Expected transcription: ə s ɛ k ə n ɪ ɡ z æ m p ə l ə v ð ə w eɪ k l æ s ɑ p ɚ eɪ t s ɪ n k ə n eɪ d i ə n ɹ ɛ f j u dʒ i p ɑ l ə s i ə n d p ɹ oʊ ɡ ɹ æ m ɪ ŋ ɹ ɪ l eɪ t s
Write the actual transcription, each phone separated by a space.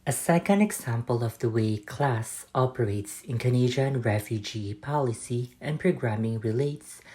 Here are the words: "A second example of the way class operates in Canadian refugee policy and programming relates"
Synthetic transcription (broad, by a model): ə s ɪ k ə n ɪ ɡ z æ m p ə l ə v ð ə w eɪ k l æ s ɑ p ɚ eɪ t s ɪ n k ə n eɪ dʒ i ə n ɹ ɛ f j u dʒ i p ɑ l ə s i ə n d p ɹ oʊ ɡ ɹ æ m ɪ ŋ ɹ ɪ l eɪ t s